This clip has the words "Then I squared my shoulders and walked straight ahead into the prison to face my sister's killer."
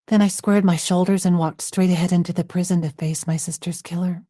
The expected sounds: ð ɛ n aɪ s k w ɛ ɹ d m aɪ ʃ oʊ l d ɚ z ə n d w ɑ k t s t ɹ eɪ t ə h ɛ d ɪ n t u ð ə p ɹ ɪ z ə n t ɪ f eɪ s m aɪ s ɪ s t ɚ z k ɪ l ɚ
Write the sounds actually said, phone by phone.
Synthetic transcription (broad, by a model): ð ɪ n aɪ s k w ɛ ɹ d m aɪ ʃ oʊ l d ɚ z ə n w ɑ k t s t ɹ eɪ t ə h ɛ d ɪ n t u ð ə p ɹ ɪ z ə n t ɪ f eɪ s m aɪ s ɪ s t ɚ z k ɪ l ɚ